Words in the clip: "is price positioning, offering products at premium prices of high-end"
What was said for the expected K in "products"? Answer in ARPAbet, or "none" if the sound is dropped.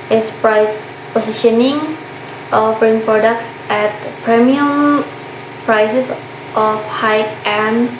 K